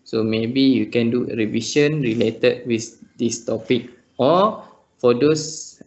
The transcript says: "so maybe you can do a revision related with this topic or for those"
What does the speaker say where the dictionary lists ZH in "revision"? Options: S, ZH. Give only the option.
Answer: S